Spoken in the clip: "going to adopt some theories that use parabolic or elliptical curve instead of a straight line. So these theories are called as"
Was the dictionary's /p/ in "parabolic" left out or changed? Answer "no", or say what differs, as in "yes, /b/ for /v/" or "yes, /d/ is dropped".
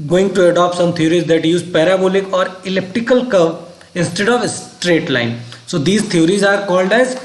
no